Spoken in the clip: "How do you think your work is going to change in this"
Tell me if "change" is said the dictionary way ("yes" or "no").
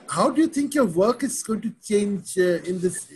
yes